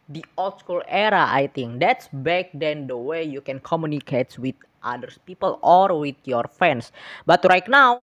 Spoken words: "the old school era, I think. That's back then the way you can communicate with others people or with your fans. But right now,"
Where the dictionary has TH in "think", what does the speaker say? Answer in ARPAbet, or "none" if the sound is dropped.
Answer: T